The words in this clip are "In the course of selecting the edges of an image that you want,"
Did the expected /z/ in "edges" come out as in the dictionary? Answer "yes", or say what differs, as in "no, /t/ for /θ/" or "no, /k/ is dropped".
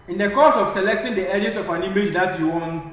no, /s/ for /z/